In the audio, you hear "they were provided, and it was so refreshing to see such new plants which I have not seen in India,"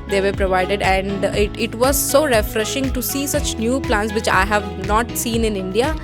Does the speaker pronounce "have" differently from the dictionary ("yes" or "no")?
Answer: no